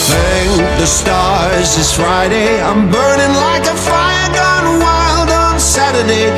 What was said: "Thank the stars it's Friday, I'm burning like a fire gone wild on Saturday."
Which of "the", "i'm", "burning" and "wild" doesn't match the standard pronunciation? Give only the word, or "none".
none